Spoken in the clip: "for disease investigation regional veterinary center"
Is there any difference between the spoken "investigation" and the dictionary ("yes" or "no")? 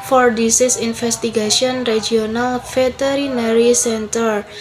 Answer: yes